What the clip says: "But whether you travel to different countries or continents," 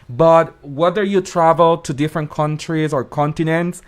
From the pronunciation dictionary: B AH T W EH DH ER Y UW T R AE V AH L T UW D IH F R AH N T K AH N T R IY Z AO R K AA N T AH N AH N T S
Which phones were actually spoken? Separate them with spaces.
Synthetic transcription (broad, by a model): B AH T W EH DH ER Y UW T R AE V AH L T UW D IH F R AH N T K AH N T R IY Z AO R K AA N T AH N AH N T S